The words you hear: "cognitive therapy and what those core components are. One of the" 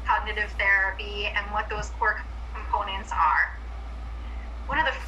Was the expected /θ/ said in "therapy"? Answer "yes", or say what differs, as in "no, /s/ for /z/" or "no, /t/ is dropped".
yes